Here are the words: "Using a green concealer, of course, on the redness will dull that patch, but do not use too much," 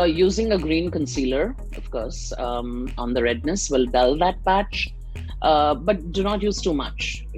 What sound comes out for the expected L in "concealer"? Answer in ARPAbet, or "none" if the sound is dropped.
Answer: L